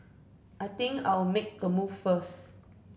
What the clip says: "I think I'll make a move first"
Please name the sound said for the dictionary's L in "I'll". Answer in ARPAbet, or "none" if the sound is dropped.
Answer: W